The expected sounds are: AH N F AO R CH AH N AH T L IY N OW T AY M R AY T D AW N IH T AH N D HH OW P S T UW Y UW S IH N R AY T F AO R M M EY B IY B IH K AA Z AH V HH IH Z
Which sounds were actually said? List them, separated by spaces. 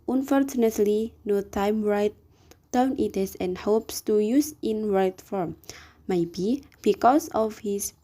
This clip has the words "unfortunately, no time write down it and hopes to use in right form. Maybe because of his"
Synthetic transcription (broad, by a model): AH N F AO R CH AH N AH T L IY N OW T AY M R AY T D AW N IH T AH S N HH OW P S T UW Y UW S IH N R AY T F AO R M M EY B IY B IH K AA S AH F HH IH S